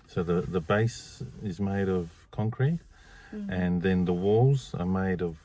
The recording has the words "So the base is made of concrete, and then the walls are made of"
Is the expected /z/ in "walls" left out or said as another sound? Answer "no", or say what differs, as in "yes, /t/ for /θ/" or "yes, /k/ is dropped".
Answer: no